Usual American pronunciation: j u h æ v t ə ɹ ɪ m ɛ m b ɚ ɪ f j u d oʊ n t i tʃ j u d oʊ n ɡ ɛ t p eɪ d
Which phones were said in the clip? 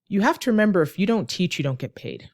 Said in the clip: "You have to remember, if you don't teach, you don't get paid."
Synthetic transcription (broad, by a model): j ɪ h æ f t ə ɹ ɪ m ɛ m b ɚ ɪ f j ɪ d oʊ n t i tʃ j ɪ d oʊ n ɡ ɛ t p eɪ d